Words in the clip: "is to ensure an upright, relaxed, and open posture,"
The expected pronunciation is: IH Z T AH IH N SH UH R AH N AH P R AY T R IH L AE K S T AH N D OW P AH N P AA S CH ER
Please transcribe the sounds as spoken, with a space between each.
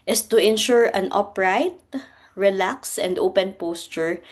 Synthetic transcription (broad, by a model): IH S T AH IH N SH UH R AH N AH P R AY T R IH L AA K S AH N D OW P AH N P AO S CH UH